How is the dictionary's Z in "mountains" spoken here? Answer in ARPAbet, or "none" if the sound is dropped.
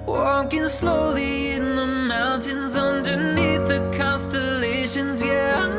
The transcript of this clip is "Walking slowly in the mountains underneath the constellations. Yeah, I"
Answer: Z